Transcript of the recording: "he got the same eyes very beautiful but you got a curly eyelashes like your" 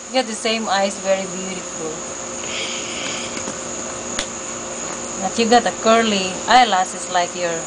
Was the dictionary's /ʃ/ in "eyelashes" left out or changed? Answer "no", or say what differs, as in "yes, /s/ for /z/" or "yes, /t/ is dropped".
yes, /s/ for /ʃ/